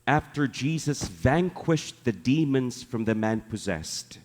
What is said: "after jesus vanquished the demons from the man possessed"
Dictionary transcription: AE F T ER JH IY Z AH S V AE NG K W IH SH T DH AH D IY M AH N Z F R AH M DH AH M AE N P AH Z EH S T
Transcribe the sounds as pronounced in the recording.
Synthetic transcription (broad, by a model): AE F T ER JH IY Z AH S V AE NG K W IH SH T DH AH D IY M AH N Z F R AH M DH AH M AE N P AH Z EH S T